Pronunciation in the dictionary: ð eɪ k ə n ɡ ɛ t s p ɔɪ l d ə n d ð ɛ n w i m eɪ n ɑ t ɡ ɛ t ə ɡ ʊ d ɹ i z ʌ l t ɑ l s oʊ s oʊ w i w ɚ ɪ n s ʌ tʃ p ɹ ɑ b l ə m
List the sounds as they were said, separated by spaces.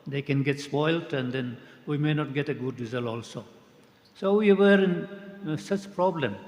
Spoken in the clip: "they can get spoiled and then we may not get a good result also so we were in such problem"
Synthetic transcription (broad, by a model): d eɪ k ə n ɡ ɛ t s p ɔɪ l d ə n d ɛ n w i m eɪ n ɑ t ɡ ɛ t ə ɡ ʊ d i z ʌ l ɑ l s oʊ s oʊ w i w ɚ ɪ n s ʌ tʃ p ɹ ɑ b l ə m